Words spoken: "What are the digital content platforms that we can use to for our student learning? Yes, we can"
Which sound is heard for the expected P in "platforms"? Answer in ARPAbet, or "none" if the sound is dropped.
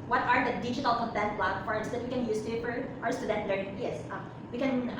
B